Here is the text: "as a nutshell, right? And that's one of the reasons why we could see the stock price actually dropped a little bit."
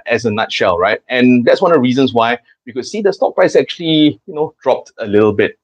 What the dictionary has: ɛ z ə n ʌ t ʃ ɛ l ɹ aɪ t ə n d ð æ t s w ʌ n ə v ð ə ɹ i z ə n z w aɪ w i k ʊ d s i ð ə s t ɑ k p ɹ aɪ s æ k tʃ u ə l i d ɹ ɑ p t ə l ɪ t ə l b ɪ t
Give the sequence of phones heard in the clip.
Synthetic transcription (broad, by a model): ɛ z ə n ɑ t ʃ ɛ l ɹ aɪ t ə n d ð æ t s w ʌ n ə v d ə ɹ i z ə n s w aɪ w i k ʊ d s i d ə s t ɑ k p ɹ aɪ s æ k tʃ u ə l i d ɹ ɑ p t ə l ɪ t ə l b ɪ t